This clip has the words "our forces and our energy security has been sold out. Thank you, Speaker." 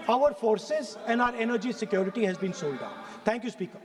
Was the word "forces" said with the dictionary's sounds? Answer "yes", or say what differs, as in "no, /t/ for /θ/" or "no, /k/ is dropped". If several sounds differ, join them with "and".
yes